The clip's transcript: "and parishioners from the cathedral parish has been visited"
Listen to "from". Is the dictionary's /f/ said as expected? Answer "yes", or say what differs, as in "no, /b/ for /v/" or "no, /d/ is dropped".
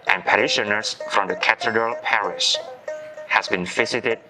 yes